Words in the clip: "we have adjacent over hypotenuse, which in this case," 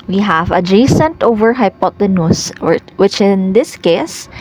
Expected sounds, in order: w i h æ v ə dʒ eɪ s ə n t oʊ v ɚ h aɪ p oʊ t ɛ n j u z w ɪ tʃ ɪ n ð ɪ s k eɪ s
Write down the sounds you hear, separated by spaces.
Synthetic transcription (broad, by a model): w i h æ v ə dʒ eɪ s ə n t oʊ v ɚ h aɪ p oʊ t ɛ n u s w ɪ tʃ ɪ n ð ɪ s k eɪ s